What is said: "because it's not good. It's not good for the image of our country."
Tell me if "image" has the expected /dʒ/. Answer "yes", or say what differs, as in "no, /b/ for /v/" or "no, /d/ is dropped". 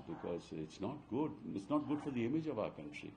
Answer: yes